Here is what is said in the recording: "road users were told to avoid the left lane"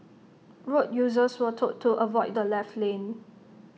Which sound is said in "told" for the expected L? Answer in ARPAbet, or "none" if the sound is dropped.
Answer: none